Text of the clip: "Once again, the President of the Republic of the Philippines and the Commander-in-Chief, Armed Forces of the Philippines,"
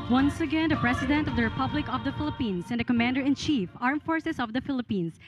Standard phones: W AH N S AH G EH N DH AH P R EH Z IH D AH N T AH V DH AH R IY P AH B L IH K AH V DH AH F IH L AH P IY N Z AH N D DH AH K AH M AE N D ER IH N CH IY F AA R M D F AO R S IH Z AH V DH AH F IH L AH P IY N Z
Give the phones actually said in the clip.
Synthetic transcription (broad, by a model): W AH N S AH G EH N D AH P R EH S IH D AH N T AH V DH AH R IY P AH B L IH K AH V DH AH F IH L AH P IY N S AH N D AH K AH M AE N D ER IH N CH IY F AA R M F AO R S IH S AH V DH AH F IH L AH P IY N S